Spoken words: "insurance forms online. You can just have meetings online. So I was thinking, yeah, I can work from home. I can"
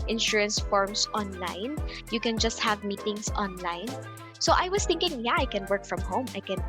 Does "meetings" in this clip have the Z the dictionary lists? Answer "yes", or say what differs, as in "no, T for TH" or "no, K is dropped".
no, S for Z